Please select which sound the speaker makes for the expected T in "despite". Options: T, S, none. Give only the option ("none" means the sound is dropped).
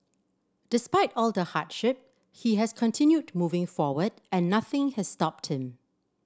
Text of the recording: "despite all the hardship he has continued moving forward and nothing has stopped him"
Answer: T